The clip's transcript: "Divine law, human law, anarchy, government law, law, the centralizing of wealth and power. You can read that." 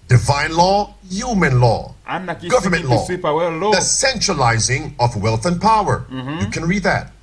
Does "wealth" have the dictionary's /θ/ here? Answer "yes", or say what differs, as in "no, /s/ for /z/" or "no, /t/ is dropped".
yes